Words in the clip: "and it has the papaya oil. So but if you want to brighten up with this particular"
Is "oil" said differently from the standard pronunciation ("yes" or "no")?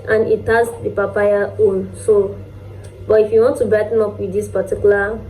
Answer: yes